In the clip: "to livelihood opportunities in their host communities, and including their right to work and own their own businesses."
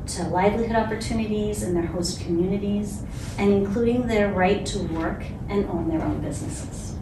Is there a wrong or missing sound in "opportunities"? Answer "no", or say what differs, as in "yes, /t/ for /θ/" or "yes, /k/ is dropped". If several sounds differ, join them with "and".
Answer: no